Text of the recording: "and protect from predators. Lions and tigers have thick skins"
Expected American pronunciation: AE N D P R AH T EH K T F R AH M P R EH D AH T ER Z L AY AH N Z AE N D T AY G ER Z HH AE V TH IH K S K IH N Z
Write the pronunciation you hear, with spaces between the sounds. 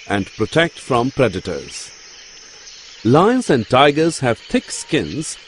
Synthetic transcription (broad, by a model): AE N D P R AH T EH K T F R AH M P R EH D AH T ER Z L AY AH N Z AE N D T AY G ER Z HH AE V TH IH K S K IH N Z